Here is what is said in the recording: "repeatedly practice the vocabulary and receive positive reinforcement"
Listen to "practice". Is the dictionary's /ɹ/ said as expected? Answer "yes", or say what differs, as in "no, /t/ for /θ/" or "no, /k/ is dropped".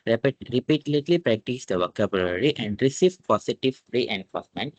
yes